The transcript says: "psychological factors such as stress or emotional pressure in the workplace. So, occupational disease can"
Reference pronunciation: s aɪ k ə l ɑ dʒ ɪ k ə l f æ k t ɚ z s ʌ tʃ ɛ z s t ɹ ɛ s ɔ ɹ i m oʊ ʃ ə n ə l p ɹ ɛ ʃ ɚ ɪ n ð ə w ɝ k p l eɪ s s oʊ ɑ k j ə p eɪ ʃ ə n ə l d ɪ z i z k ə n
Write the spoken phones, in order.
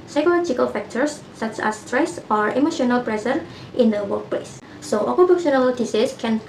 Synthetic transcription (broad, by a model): s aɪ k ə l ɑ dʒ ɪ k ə l f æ k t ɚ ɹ s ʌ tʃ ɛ s t ɹ ɛ s ɔ ɹ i m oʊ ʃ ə n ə l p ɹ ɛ s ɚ ɪ n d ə w ɝ k p l eɪ s s oʊ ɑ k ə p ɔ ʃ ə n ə l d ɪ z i s k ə n